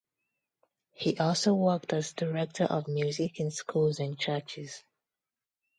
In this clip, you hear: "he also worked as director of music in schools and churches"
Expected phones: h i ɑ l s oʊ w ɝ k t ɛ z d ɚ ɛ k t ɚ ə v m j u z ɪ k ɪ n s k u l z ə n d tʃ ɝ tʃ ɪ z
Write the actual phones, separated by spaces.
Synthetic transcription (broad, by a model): h i ɑ l s oʊ w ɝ k t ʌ z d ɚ ɛ k t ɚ ə v m j u z ɪ k ɪ n s k u l z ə n tʃ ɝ tʃ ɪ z